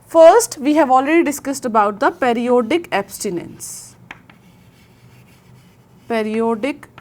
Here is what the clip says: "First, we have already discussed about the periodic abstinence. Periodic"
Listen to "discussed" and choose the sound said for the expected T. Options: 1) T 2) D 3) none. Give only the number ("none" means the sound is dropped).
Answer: 1